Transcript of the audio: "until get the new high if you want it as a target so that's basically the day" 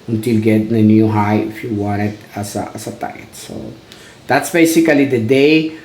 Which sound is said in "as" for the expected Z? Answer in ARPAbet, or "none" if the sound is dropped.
S